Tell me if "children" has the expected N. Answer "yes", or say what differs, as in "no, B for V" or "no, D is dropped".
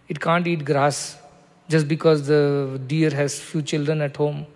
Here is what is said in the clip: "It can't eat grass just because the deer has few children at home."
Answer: yes